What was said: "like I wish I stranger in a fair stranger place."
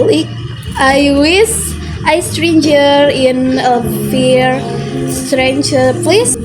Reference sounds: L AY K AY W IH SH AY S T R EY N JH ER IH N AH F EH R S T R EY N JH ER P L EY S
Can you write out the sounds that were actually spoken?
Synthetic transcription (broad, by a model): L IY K AY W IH S AY S T R EY N JH ER IH N AH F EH R S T R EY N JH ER P L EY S